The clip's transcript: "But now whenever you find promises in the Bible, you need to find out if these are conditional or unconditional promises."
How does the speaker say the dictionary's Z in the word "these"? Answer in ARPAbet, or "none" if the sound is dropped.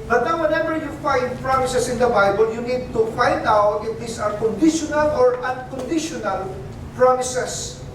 S